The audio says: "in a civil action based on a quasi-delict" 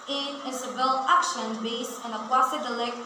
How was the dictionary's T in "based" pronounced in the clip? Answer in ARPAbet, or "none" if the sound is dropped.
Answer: none